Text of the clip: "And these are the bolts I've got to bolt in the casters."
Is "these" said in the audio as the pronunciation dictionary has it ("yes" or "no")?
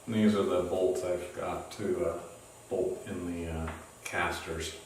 yes